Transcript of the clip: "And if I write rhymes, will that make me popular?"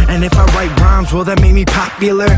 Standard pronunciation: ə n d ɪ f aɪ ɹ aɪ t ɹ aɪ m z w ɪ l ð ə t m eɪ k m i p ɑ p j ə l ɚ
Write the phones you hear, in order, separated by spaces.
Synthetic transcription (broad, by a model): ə n ɪ f aɪ w aɪ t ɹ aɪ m z w ɪ l ð ə t m eɪ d m i p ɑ p j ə l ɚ